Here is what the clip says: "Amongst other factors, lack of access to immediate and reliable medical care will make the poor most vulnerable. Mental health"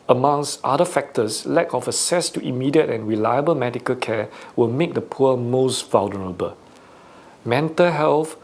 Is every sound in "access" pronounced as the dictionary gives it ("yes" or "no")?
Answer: no